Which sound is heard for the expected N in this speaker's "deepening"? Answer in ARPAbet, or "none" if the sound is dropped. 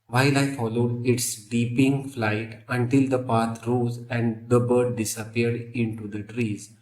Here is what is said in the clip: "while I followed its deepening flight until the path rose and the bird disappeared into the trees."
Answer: none